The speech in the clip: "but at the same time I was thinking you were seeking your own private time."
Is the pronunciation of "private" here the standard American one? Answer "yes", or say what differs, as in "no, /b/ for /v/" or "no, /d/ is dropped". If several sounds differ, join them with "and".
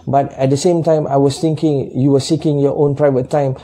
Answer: yes